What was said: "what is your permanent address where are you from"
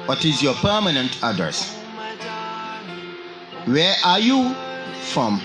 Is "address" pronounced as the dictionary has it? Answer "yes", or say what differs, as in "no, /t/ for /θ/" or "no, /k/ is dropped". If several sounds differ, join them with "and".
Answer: no, /ɹ/ is dropped